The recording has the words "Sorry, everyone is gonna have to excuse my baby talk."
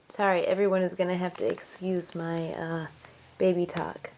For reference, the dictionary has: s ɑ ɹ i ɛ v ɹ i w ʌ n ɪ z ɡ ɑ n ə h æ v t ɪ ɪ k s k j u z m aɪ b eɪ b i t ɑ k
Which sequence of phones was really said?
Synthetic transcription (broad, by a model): s ɑ ɹ i ɛ v ɹ i w ʌ n ɪ z ɡ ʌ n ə h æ f t ɪ ɪ k s k j u z m aɪ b eɪ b i t ɑ k